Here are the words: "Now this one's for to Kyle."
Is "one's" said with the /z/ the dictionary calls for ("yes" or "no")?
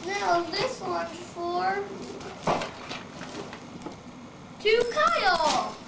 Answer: no